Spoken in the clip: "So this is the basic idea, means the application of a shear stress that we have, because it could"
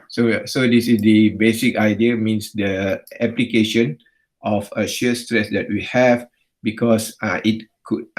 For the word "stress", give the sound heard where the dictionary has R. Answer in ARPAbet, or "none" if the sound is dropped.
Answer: R